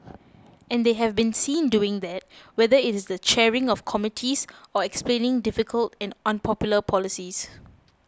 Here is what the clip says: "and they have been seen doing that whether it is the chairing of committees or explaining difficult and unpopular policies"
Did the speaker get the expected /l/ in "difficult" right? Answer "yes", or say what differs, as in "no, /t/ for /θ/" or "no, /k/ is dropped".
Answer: yes